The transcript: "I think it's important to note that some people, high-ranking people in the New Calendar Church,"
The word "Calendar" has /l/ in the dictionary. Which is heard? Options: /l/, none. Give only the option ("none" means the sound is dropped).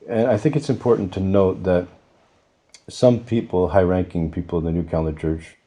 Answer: none